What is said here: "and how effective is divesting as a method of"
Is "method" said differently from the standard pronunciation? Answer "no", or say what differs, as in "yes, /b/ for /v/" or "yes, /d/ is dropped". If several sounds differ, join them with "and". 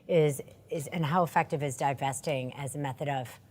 no